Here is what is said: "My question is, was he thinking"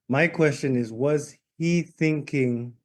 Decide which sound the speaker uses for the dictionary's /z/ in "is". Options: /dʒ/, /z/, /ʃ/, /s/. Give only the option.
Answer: /z/